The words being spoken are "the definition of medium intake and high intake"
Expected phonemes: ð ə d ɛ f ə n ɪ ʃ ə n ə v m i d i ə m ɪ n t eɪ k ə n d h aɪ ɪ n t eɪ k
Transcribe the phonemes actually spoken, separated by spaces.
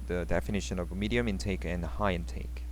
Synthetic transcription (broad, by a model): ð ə d ɛ f ə n ɪ ʃ ə n ə v m i d i ə m ɪ n t eɪ k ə n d h aɪ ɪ n t eɪ k